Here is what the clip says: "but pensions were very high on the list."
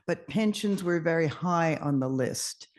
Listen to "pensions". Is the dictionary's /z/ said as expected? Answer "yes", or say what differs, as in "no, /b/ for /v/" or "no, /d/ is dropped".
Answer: yes